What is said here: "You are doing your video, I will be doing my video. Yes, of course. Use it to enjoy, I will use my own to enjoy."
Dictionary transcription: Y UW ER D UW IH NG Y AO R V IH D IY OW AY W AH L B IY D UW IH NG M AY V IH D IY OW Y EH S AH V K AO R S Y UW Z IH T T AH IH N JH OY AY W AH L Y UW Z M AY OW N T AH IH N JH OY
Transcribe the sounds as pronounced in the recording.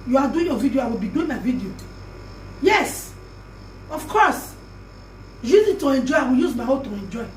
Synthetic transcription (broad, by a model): Y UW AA D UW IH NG Y AO V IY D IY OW AY W AH L B IY D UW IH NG M AY V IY D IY OW Y EH S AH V K AO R S Y UW Z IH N T AH IH N JH OY AY W AH L Y UW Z M AY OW L T AH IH N JH OY